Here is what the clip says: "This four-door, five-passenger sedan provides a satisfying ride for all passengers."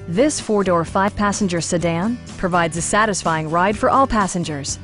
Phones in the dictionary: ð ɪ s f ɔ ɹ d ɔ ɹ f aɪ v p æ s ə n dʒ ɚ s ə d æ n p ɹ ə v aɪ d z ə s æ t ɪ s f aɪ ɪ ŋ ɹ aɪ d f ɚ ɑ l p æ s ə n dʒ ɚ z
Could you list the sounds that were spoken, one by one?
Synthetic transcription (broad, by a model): ð ɪ s f ɔ ɹ d ɔ ɹ f aɪ v p æ s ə n dʒ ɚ s ə d æ n p ɹ ə v aɪ d z ə s æ t ɪ s f aɪ ɪ ŋ ɹ aɪ d f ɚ ɑ l p æ s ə n dʒ ɚ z